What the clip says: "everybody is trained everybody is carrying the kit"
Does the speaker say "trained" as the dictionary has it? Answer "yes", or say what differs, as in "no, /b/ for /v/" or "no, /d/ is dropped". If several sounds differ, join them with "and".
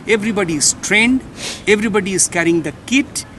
yes